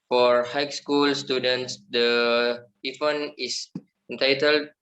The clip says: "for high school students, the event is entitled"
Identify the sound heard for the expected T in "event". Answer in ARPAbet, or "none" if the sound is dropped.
none